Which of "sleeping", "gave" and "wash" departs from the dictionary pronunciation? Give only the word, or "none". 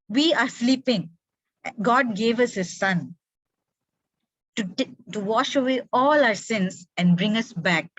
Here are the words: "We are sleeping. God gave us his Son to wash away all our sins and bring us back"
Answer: none